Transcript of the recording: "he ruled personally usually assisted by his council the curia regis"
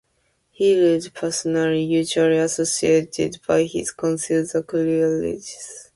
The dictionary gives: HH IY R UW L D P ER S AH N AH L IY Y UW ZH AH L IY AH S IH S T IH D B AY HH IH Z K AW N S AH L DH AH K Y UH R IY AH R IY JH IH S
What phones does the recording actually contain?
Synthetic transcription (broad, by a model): HH IY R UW D P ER S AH N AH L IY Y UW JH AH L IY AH S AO S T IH D B AY HH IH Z K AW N S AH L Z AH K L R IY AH L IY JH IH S